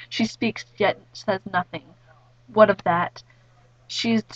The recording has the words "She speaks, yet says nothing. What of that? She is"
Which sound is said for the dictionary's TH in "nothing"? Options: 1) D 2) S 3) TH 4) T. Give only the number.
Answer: 3